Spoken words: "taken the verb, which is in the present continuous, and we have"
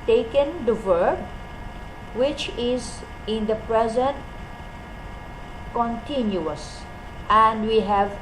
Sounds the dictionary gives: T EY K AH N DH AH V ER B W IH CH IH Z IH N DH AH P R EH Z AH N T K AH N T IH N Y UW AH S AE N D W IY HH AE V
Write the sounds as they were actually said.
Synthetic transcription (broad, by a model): T EY K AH N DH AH V ER B W IH CH IH Z IH N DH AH P R EH Z AH N T K AH N T IH N Y UW AH S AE N D W IY HH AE V